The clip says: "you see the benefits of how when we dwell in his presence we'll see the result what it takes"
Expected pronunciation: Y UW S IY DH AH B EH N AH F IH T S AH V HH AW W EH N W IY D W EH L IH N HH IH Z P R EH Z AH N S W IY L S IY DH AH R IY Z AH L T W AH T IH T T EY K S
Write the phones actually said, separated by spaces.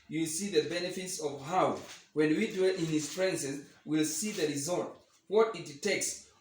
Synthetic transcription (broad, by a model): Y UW S IY DH AH B EH N AH F IH T S AH V HH AW W EH N W IY D W EH L IH N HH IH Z F R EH S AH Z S W IY L S IY DH AH R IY Z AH L T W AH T IH T T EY K S